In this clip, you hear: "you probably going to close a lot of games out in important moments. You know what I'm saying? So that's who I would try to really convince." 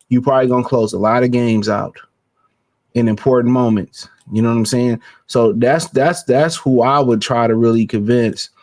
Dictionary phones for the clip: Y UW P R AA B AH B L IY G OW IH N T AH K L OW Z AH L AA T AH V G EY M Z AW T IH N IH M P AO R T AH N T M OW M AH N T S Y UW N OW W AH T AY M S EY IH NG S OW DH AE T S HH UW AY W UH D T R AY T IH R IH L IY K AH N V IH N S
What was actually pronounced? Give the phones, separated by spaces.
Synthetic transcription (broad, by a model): Y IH P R AA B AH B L IY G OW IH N K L OW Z AH L AA T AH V G EY M Z AW T IH N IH M P AO R T N M OW M AH N T S Y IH N OW W AH T AY M S EY IH NG S OW DH AE T S HH UW AY W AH D T R AY T IH R IH L IY K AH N V IH N S